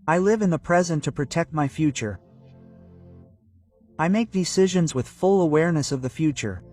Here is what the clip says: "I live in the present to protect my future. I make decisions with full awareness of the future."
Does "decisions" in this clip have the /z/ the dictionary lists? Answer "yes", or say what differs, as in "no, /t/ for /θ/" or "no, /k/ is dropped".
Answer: yes